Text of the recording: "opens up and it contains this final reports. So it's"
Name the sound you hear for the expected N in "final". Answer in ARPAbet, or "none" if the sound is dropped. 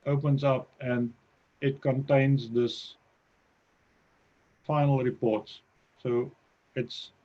N